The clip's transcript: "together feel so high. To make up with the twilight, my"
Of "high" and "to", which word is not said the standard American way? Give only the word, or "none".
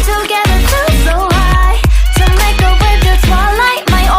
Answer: to